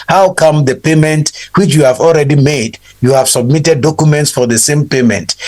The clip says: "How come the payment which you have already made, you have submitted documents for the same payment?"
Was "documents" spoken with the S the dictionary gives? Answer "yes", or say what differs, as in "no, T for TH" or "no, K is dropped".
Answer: yes